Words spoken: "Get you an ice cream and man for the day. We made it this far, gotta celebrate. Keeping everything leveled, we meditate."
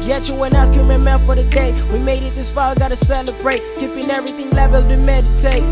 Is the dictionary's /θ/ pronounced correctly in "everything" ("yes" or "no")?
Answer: yes